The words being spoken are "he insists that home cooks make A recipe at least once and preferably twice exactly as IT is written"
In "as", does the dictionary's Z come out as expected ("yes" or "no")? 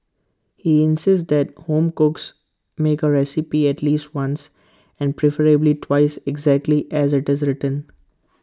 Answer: yes